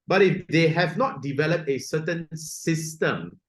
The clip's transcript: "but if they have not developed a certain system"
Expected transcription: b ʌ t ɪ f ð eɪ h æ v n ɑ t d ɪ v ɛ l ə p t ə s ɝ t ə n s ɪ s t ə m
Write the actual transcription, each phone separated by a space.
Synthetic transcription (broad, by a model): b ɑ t ɪ f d eɪ h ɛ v n ɑ t d ɪ v ɛ l ə p t ə s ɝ t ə n s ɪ s t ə m